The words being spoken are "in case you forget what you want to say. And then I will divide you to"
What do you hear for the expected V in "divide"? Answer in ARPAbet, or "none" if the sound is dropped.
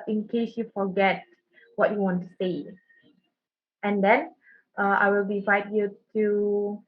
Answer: F